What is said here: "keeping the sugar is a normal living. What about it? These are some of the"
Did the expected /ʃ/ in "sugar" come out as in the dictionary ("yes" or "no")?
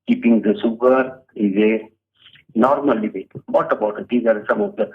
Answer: no